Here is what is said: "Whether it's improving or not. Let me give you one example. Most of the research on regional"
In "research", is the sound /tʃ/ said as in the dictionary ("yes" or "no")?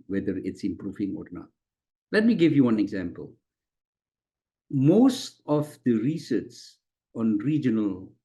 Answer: no